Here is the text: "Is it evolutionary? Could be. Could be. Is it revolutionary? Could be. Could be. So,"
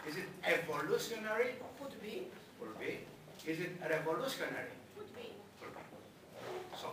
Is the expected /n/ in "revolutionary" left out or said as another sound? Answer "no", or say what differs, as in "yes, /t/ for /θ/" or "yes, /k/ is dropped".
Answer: yes, /n/ is dropped